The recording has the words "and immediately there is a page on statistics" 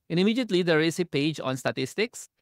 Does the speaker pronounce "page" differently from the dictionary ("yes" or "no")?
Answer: no